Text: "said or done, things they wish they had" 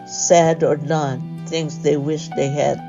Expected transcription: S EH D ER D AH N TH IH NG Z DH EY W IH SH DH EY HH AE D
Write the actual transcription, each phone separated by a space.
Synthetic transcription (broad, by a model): S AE D ER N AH N TH IH NG Z DH EY W IH SH DH EY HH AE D